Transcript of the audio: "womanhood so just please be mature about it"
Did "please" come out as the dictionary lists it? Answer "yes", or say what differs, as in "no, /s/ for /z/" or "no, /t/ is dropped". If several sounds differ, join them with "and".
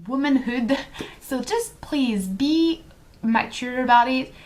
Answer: yes